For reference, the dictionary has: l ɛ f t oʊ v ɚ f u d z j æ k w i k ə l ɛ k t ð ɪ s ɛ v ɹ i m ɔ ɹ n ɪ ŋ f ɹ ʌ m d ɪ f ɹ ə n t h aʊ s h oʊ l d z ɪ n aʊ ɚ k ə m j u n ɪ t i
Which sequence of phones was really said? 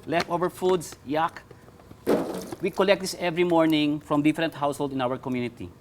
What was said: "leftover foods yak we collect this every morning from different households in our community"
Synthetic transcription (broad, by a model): l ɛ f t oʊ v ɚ f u d s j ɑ k w i k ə l ɛ k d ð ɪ s ɛ v ɹ i m ɔ ɹ n ɪ ŋ f ɹ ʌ m d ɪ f ɹ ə n t h aʊ s h oʊ l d ɪ n aʊ ɚ k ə m j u n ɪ t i